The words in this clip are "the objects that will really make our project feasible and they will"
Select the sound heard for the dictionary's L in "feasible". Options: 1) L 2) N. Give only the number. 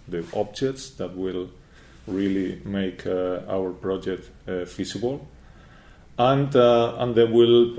2